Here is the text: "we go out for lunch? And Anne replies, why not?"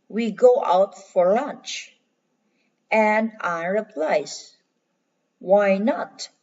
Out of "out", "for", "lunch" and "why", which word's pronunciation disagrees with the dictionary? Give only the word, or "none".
none